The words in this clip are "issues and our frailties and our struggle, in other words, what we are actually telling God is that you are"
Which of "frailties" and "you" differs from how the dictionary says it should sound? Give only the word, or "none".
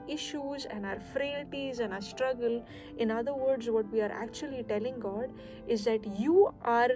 none